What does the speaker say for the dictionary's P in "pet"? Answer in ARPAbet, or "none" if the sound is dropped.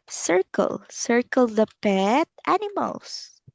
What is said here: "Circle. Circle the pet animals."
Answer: P